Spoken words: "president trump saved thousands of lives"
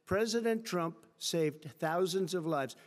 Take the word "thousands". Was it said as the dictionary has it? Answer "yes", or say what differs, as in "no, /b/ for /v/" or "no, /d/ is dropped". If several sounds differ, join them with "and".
yes